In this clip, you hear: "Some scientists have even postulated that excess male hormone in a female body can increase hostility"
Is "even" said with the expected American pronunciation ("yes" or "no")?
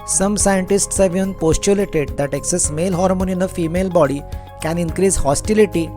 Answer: no